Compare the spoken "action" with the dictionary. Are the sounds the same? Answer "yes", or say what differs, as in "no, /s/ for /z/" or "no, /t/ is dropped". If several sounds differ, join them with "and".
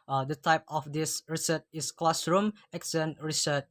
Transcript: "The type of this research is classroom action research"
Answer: no, /s/ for /ʃ/